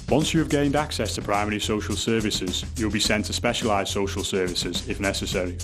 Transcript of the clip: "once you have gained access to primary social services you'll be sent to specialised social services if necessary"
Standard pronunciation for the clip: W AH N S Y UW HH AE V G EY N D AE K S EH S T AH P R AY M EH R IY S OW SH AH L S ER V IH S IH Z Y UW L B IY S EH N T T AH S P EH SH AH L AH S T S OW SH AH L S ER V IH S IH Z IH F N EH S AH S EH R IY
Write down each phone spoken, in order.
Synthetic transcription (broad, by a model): W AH N S Y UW V G EY N D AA K S EH S T AH P R AY M EH R IY S OW SH AH L S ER V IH S IH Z Y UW L B IY S EH N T T AH S P EH SH AH L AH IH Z S OW SH AH L S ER V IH S IH Z IH F N EH S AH S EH R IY